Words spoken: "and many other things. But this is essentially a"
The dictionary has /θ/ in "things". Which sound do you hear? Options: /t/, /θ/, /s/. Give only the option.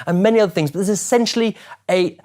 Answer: /θ/